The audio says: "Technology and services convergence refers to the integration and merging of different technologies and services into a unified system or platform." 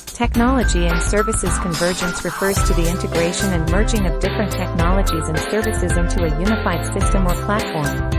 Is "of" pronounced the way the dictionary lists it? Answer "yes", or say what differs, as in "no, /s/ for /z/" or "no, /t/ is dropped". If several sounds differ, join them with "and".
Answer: yes